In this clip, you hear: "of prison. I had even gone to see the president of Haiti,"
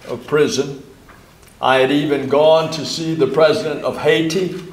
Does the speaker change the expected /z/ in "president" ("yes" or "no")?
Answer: no